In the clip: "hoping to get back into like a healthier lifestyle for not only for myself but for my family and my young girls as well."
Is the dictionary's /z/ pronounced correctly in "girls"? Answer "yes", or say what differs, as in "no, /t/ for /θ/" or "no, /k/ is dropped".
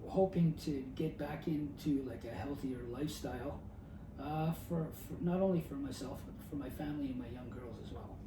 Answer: yes